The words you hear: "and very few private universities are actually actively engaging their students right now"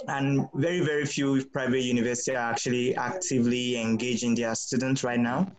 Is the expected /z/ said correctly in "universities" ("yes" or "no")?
no